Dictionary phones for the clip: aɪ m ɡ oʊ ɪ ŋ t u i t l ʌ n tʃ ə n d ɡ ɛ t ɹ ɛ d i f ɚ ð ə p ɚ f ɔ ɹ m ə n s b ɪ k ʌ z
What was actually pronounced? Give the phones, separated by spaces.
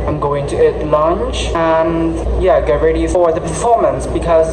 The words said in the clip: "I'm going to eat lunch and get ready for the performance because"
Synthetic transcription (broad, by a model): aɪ m ɡ oʊ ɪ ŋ t u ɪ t l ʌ n tʃ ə n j ɡ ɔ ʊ ɹ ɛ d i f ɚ ð ə p ɚ f ɔ ɹ m ə n s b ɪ k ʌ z